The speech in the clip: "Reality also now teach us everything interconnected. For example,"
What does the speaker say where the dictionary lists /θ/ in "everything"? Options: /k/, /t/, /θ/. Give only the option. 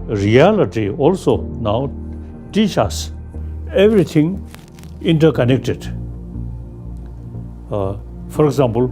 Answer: /t/